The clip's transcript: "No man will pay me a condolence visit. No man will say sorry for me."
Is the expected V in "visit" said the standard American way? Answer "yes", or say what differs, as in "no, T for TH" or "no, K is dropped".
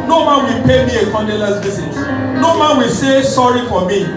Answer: no, B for V